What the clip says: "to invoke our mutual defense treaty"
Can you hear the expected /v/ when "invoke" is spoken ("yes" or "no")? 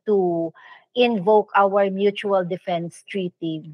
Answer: yes